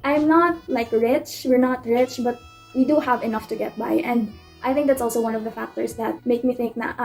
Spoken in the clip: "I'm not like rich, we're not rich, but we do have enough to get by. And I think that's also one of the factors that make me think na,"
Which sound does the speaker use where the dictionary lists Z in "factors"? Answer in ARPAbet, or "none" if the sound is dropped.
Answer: S